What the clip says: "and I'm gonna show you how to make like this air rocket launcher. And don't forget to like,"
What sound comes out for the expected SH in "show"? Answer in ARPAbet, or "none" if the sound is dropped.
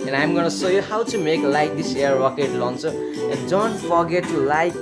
S